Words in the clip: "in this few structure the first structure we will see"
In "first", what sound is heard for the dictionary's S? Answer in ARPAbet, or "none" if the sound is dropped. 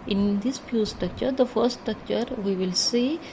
none